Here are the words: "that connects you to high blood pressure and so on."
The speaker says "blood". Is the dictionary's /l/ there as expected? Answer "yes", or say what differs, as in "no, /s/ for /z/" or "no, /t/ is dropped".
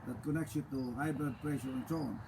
no, /l/ is dropped